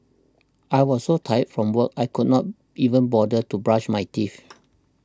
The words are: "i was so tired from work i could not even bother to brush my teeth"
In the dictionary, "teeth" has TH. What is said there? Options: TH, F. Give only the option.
F